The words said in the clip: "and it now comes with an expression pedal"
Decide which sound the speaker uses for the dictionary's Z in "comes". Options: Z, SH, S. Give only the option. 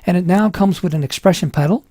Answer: Z